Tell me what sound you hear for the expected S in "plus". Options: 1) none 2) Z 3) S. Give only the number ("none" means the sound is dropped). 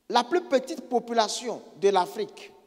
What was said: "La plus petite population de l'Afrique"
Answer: 1